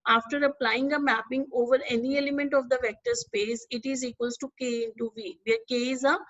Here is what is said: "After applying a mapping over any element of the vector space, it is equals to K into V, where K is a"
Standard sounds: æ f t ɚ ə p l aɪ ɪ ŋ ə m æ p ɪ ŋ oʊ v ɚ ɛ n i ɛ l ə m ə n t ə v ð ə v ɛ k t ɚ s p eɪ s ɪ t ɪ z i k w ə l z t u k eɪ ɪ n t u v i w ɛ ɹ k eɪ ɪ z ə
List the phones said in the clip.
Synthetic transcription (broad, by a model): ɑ f t ɚ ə p l aɪ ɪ ŋ ə m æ p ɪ ŋ oʊ v ɚ ɛ n i ɛ l ə m ə n t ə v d ə v ɛ k t ɚ s p eɪ s ɪ t ɪ z i k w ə l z t u k eɪ ɪ n t u v i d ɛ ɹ k eɪ ɪ z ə